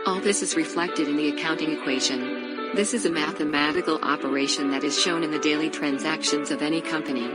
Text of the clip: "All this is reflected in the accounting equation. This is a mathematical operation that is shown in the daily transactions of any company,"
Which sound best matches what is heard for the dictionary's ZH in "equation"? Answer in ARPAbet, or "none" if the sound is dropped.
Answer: ZH